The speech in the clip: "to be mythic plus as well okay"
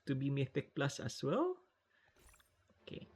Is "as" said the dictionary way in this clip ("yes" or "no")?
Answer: no